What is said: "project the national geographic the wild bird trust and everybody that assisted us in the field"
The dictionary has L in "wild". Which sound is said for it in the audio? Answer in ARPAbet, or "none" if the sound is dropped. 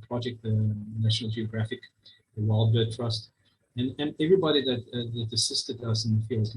L